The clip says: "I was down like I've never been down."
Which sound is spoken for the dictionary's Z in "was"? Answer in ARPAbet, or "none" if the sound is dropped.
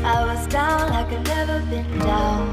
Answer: Z